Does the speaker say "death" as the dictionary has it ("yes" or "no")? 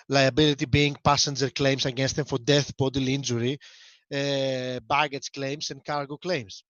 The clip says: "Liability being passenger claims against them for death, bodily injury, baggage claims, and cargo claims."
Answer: yes